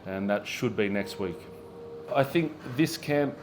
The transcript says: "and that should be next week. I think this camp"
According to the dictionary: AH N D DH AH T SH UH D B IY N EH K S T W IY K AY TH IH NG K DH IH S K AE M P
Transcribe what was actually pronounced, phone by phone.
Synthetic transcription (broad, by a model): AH N DH AH T SH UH D B IY N EH K S T W IY K AY TH IH NG K DH IH S K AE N